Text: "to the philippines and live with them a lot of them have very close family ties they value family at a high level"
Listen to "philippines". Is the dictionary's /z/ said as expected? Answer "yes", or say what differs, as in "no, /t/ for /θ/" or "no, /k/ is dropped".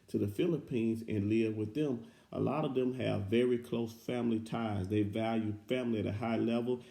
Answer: yes